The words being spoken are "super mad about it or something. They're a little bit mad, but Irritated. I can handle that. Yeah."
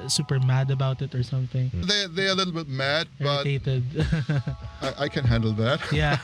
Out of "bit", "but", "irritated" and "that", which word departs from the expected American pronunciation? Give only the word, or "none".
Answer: irritated